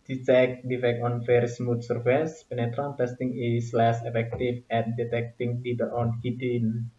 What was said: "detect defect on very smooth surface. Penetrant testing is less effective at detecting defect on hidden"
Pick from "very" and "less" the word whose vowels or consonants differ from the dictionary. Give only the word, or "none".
very